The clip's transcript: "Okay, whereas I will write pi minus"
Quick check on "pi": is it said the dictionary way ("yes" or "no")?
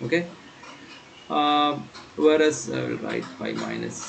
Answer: no